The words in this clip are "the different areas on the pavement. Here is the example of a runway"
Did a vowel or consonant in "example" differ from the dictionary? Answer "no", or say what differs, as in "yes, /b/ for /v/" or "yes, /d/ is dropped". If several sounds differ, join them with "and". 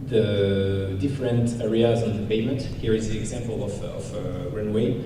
no